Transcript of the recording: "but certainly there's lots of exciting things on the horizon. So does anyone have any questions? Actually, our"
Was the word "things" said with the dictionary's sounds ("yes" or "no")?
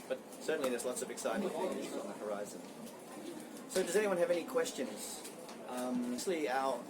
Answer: no